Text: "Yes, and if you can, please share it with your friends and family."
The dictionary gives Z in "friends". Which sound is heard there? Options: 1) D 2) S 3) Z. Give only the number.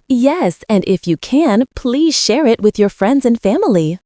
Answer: 3